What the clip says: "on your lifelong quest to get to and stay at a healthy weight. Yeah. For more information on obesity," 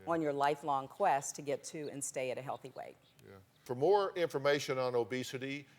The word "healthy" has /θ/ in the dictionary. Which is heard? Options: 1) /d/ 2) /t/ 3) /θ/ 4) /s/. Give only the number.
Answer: 3